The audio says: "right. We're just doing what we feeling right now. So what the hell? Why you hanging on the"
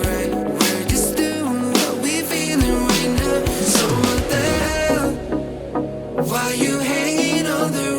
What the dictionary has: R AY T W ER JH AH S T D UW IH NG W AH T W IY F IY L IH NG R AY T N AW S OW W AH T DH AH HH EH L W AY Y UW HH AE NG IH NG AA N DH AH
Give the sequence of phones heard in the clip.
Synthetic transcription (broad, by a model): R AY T W ER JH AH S D UW IH NG W AH T W IY F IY L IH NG R AY T N AW S OW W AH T DH AH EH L W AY Y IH HH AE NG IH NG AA L DH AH